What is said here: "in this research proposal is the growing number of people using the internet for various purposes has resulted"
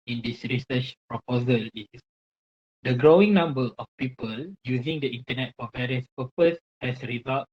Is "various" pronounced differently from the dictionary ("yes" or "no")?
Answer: no